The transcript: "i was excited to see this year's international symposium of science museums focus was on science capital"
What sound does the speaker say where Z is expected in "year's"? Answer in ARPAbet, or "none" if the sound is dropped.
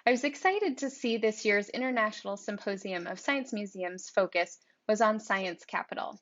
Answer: Z